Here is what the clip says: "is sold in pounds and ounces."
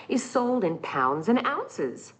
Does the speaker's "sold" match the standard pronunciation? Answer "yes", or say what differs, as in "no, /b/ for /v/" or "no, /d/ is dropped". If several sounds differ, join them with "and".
yes